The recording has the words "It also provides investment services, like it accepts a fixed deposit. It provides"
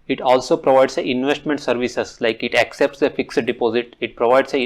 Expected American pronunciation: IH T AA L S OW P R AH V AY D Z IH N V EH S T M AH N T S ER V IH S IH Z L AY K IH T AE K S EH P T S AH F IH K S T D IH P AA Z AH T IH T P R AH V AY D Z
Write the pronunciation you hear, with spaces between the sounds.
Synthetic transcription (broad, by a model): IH T AA L S OW P R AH V AY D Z IH N V EH S T M AH N T S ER V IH S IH S L AY K IH T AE K S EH P T S AH F IH K S T D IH P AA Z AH T IH T P R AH V AY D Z